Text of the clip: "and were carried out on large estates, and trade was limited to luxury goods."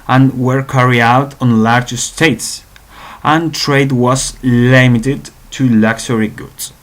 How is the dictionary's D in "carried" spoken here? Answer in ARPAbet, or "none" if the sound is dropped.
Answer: none